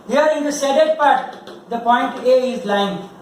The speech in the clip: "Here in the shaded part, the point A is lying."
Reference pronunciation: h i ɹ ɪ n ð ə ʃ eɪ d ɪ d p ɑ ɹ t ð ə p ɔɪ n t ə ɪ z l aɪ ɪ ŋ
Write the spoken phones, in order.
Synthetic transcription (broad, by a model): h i ɹ ɪ n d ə s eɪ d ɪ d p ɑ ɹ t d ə p ɔɪ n t ə ɪ z l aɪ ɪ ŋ